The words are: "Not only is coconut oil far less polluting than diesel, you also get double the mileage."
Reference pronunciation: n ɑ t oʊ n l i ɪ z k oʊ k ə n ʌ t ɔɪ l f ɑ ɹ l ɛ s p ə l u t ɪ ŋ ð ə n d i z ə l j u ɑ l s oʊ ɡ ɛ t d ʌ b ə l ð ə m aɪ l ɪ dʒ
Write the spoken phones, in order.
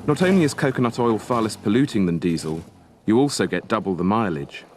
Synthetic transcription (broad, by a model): n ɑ t oʊ n l i ɪ z k oʊ k ə n ʌ t ɔɪ l f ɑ l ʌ s p ə l u t ɪ ŋ ð ə n d i z ə l j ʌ ɑ l s oʊ ɡ ɛ t d ʌ b ə l ð ə m aɪ l ɪ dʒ